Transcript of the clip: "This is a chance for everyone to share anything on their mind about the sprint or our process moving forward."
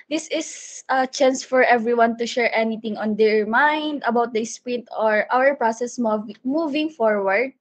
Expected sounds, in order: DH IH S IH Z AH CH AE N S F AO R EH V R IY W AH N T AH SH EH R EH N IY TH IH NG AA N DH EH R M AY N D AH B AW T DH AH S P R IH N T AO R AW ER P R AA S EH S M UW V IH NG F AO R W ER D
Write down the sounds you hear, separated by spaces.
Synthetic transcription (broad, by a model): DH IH S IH S AH CH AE N S F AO R EH V R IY W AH N T AH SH EH R EH N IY T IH NG AA N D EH R M AY N D AH B AW T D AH S P R IH N T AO R AW ER P R AA S EH S M UW V IH NG F AO R W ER D